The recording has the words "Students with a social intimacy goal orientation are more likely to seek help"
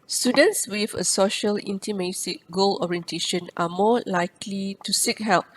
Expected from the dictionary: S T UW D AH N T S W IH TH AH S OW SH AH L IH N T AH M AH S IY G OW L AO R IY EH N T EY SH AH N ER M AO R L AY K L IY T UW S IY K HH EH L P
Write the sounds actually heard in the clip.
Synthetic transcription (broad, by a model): S T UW D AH N T S W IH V AH S OW SH AH L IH N T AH M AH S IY G OW L AO R IY EH N T EY SH AH N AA M AO L AY K L IY T UW S IY K HH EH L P